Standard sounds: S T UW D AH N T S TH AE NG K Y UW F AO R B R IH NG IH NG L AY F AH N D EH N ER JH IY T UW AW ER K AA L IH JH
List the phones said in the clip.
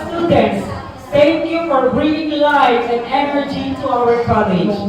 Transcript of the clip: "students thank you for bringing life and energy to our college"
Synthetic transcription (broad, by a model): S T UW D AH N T S T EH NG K Y UW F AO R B R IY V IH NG L AY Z AH N D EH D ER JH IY T UW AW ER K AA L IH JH